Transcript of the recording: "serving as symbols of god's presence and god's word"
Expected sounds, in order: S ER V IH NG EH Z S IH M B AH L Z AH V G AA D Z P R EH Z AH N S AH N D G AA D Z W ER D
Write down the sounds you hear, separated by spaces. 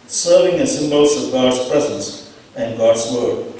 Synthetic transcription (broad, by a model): S ER V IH NG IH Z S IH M B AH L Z AH V G AA D Z P R EH Z AH N S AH N G AA D Z W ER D